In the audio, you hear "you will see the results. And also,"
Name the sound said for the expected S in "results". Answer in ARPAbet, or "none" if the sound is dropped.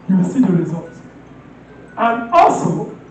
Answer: none